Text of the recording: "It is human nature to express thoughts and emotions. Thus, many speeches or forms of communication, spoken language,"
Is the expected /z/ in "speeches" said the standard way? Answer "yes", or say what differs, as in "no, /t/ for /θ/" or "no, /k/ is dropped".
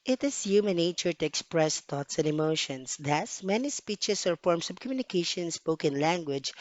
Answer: no, /s/ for /z/